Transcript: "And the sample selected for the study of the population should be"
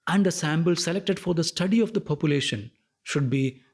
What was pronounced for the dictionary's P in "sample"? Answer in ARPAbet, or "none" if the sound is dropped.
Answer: B